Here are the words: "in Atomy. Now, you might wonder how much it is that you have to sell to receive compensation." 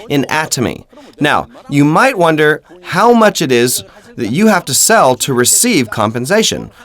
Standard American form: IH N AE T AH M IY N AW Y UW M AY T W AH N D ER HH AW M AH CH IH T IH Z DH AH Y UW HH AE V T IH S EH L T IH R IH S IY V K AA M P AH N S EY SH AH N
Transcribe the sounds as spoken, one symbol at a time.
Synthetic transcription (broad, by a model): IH N AE T AH M IY N AW Y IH M AY T W AH N D ER HH AW M AH CH IH T IH Z DH AH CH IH HH AE F T IH S EH L T IH R IH S IY V K AA M P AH N S EY SH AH N